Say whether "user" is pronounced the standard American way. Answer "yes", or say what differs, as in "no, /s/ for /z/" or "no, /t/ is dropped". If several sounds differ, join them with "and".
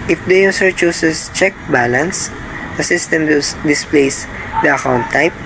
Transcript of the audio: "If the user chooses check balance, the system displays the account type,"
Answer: no, /s/ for /z/